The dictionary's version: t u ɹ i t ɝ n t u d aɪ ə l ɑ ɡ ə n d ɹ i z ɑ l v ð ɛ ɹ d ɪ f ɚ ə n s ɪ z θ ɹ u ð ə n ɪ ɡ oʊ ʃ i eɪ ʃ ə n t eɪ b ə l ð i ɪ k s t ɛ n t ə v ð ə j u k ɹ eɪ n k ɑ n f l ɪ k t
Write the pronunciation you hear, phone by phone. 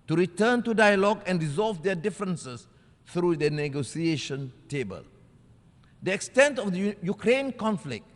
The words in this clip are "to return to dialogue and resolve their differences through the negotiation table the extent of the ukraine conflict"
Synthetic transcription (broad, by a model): t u ɹ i t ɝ n t u d aɪ ə l ɑ ɡ ə n d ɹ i z ɑ l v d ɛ d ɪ f ɚ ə n s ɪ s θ ɹ u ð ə n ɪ ɡ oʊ s i eɪ ʃ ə n t eɪ b ə l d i ɪ k s t ɛ n t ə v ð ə j u k ɹ eɪ n k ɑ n f l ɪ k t